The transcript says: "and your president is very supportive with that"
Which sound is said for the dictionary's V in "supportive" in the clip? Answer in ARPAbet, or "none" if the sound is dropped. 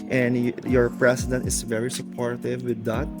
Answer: V